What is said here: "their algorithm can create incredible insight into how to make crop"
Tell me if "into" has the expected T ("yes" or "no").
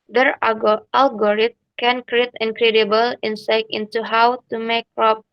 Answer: yes